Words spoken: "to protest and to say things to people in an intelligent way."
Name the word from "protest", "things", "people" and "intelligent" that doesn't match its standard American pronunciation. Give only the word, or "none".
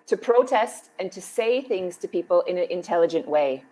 none